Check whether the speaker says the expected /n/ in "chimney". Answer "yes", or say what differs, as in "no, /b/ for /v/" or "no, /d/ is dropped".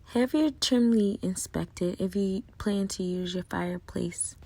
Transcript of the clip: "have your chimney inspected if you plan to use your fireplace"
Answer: no, /l/ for /n/